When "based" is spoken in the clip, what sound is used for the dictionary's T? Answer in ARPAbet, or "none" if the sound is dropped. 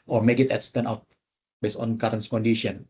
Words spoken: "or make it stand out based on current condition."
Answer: none